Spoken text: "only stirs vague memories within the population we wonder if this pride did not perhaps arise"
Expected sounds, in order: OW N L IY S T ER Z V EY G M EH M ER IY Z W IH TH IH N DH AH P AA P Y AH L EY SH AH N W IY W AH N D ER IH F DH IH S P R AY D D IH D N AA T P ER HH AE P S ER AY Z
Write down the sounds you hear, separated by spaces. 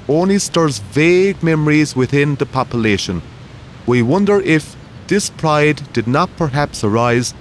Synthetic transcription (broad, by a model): OW N L IY S T ER Z V EY G M EH M ER IY Z W IH TH IH N DH AH P AA P Y AH L EY SH AH N W IY W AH N D ER IH F DH IH S P R AY D D IH D N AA T P ER HH AE P S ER AY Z